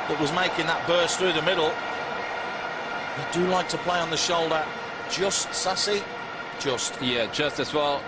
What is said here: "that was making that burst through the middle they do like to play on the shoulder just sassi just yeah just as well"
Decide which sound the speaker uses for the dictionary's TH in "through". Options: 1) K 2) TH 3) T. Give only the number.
2